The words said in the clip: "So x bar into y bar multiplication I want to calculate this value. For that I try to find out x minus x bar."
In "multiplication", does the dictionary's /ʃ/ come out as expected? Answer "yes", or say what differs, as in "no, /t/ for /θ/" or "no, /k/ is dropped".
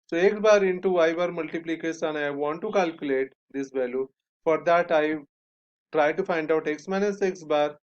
no, /s/ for /ʃ/